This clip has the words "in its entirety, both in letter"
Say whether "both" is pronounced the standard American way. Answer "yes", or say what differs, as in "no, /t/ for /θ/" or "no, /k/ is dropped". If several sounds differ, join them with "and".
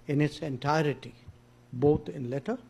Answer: no, /t/ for /θ/